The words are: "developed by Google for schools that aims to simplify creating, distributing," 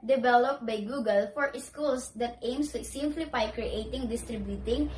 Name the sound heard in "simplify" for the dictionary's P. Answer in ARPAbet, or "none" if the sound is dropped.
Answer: F